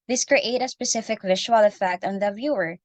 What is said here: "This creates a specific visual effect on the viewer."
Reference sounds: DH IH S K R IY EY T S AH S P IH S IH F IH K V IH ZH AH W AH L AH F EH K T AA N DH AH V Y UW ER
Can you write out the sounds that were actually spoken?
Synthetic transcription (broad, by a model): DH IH S K R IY EY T AH S P IH S IH F IH K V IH SH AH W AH L AH F EH K T AA N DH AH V Y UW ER